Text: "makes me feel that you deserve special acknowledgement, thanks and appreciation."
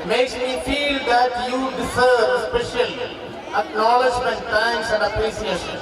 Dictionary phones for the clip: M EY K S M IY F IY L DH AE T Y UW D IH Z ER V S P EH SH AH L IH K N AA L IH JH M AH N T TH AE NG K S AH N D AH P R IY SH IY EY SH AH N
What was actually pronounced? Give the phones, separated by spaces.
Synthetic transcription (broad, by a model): M EY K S M IY F IY L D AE T Y UW D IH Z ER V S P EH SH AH N IH K N AA L IH JH M AH N T T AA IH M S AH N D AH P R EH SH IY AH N